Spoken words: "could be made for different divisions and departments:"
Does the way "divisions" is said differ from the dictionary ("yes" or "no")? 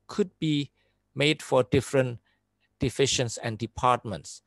yes